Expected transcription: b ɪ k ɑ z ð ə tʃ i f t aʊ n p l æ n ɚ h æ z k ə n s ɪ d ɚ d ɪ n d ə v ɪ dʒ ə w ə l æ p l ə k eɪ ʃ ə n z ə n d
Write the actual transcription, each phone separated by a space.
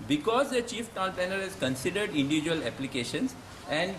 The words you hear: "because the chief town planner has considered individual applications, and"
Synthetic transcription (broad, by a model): b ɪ k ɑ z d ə tʃ i f t aʊ n p æ n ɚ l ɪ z k ə n s ɪ d ɚ d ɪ n d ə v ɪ dʒ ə ə l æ p l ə k eɪ ʃ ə n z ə n d